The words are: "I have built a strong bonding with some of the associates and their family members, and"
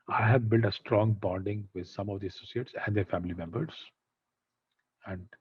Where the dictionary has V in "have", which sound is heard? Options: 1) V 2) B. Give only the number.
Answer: 1